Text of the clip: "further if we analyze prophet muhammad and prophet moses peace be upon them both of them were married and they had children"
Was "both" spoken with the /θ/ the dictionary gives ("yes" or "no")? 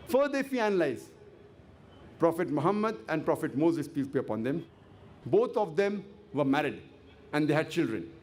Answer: no